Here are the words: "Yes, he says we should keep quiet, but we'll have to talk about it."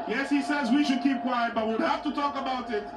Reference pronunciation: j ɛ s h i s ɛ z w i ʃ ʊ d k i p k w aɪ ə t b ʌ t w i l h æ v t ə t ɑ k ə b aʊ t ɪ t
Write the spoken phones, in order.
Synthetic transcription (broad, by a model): j ɛ s h i s ɛ z w i ʃ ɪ d k i p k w aɪ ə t b ʌ t w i w h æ f t ə t ɑ k ə b aʊ t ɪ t